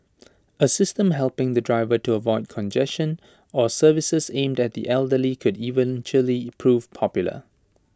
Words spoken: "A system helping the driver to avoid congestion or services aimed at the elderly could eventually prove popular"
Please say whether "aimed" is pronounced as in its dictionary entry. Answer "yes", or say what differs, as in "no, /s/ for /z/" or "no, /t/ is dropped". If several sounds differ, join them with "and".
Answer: yes